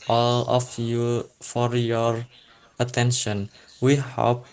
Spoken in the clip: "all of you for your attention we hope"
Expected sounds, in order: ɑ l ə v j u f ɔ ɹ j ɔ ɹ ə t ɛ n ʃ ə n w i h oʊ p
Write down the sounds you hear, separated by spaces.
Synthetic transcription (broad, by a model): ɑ l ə f j u f ɔ ɹ j ɔ ɹ ə t ɛ n ʃ ə n w i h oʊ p